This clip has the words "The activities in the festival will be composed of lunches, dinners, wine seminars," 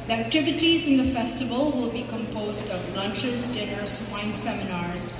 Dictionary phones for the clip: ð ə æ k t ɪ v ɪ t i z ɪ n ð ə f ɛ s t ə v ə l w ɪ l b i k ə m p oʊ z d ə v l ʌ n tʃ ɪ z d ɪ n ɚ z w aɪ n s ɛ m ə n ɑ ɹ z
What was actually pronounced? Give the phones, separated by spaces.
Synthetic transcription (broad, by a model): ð æ k t ɪ v ɪ t i z ɪ n ð ə f ɛ s t ə v ə l w ɪ l b i k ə m p oʊ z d ə v l ʌ n tʃ ɪ z d ɪ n ɚ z w aɪ n s ɛ m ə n ɑ ɹ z